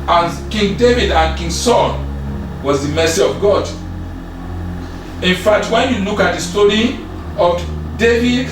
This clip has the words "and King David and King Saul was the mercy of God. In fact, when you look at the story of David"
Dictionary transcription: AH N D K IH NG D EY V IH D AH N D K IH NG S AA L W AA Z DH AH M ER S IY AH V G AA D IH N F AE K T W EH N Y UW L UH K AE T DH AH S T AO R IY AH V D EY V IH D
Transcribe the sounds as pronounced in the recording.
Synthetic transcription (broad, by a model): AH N K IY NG D EY V IH D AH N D K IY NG S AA N W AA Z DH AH M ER S IY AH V G AA D IH N F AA K T W EH N Y UW L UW K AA T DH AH S T AO R IY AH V D EY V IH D